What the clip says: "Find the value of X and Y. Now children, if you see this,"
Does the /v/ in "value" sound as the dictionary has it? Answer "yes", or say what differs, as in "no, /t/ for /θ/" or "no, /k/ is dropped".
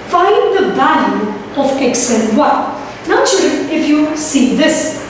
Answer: no, /b/ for /v/